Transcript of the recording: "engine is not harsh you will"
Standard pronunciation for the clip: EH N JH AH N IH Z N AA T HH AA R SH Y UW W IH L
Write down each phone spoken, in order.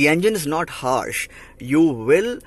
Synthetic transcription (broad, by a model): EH N JH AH N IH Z N AA T HH AA R SH Y UW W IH L